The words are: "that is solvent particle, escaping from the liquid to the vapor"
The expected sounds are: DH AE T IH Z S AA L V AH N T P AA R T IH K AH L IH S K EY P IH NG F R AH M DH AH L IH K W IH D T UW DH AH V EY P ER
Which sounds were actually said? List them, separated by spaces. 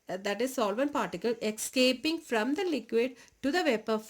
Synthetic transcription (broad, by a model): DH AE T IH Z S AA L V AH N P AA R T IH K AH L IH S K EY P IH NG F R AH M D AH L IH K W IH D T UW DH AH V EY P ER